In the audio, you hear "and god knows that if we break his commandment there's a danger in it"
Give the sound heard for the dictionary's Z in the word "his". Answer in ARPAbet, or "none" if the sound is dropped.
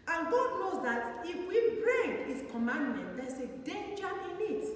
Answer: S